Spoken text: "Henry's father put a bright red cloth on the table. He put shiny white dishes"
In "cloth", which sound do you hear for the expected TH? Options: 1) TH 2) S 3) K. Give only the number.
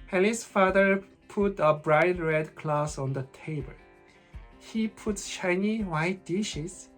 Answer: 2